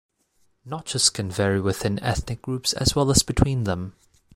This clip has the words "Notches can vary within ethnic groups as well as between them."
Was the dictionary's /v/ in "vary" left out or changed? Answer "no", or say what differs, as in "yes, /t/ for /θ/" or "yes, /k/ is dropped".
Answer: no